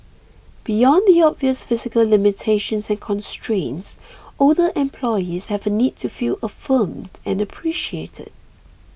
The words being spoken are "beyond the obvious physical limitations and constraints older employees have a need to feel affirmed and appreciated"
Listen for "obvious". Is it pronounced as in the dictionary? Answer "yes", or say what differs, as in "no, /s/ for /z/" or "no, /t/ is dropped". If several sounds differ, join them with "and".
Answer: yes